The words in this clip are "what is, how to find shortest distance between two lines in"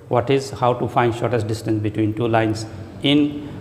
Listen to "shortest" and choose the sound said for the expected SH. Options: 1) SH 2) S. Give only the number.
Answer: 1